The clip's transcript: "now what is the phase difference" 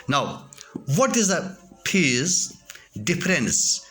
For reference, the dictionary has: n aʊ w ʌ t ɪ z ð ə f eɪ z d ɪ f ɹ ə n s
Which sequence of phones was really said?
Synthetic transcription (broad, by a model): n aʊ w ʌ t ɪ z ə p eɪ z d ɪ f ɹ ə n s